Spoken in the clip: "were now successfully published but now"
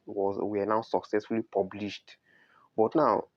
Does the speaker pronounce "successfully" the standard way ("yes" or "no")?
yes